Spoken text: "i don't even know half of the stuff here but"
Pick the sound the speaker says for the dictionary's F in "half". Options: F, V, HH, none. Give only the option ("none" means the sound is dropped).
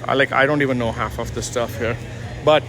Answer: F